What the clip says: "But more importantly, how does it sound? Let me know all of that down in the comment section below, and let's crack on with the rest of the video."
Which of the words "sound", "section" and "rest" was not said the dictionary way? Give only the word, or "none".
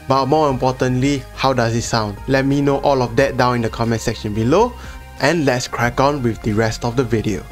none